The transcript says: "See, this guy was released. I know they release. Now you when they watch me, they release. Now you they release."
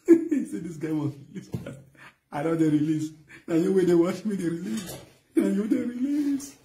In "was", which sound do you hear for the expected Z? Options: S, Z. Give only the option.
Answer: S